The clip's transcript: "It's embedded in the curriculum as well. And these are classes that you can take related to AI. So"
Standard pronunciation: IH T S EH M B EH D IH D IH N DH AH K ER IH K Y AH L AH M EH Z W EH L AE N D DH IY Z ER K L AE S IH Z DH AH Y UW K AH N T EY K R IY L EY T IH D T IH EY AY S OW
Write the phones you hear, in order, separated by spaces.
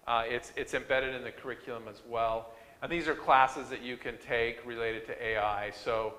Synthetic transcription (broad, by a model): IH T S EH M B EH D IH D IH N DH AH K ER IH K Y L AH M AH Z W EH L N DH IY Z ER K L AE S IH Z DH AH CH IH K AH N T EY K R IY L EY T IH D T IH EY AY S OW